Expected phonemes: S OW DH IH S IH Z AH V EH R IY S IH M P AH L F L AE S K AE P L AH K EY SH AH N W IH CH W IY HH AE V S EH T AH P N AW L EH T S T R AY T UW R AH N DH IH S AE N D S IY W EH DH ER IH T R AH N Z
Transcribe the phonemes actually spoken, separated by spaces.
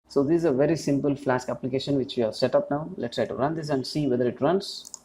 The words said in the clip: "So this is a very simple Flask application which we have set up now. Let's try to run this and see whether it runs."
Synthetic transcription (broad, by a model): S OW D IH Z AH V EH R IY S IH M P AH L F L AE S K AE P L AH K EY SH AH N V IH CH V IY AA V S EH T AH P N AW L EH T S T R AY T UW R AH N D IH S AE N D S IY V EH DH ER IH T R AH N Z